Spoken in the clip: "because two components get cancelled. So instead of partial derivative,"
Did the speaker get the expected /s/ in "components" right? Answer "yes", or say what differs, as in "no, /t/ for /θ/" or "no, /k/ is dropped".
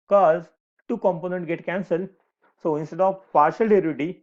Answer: no, /s/ is dropped